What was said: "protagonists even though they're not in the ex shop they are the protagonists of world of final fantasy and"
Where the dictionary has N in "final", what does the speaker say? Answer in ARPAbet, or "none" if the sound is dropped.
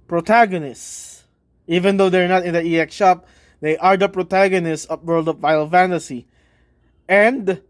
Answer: none